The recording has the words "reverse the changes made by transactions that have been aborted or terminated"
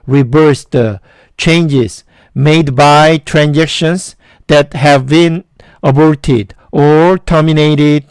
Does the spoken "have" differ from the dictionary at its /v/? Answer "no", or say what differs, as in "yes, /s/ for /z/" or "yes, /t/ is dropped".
no